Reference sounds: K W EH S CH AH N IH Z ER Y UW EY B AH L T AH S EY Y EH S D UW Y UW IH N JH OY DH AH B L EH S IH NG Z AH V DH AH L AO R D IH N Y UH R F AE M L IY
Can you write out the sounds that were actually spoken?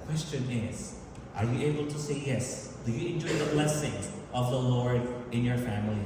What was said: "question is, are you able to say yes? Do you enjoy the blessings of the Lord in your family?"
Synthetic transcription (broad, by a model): K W EH S CH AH N IH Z ER Y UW EY B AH L T AH S EY Y EH S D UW Y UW IH N JH OY DH AH B L EH S IH NG Z AH V DH AH L AO R D IH N Y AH R F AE M L IY